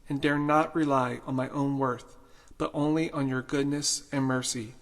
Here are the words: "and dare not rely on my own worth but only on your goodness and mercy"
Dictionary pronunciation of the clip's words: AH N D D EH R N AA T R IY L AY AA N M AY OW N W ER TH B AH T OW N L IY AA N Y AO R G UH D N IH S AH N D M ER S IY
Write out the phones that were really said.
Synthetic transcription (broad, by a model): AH N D D EH R N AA T R IY L AY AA N M AY OW N W ER TH B AH T OW N L IY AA N Y AO R G UH D N IH S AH N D M ER S IY